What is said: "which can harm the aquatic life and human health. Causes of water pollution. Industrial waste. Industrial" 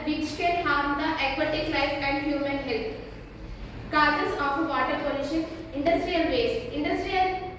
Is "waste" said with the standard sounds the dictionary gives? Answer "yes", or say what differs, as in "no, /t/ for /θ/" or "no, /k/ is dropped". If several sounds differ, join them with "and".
no, /t/ is dropped